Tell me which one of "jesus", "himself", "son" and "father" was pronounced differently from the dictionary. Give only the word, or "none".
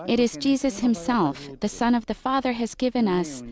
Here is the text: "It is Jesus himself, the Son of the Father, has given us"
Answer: none